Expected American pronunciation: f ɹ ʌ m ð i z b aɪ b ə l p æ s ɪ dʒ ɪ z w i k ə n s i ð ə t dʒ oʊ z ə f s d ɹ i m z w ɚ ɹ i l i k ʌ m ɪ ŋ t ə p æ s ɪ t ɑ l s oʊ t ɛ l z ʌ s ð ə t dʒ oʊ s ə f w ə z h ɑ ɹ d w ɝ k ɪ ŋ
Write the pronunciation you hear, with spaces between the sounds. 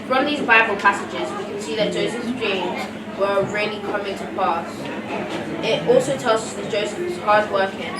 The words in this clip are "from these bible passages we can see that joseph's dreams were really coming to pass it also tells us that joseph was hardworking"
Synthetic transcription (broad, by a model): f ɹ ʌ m ð i z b aɪ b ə l p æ s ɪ dʒ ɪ z w i k ə n s i ð ə t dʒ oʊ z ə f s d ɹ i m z w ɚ ɹ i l i k ʌ m ɪ ŋ t ə p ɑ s ɪ t ɑ l s oʊ t ɛ l z ʌ s ð ə t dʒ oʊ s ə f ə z h ɑ d w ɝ k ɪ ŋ